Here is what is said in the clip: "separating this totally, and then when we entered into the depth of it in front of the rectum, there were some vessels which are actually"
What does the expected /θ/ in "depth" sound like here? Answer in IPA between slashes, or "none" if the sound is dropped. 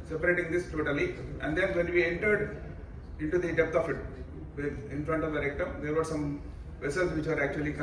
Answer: /f/